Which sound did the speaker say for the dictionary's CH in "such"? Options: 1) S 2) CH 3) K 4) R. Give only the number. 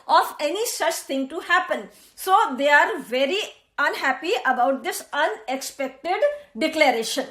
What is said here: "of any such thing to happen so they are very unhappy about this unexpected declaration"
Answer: 2